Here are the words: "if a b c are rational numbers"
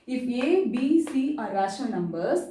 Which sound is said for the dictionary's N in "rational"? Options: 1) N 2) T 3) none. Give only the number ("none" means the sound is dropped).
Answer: 3